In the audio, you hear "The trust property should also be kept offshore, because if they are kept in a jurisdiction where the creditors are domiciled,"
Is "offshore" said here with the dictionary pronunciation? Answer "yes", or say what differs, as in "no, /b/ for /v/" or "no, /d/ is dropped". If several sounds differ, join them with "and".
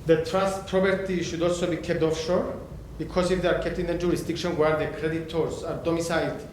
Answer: yes